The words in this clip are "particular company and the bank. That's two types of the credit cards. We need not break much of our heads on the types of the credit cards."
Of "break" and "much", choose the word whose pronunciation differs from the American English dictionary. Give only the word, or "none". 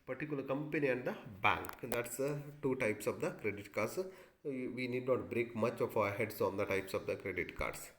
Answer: none